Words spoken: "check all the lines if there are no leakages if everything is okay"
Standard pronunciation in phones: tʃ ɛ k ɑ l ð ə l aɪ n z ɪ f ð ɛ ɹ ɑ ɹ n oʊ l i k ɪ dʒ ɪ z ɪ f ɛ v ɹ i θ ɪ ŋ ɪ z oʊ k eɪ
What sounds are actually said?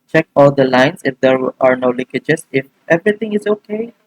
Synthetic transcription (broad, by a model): tʃ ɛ k ɑ l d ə l aɪ n s ɪ f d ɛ ɹ ɑ ɹ n oʊ l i k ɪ dʒ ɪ s ɪ f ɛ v ɹ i t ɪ ŋ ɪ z oʊ k eɪ